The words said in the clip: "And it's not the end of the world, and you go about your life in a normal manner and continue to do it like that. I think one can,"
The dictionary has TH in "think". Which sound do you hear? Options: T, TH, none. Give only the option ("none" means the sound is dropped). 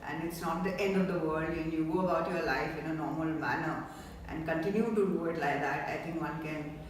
T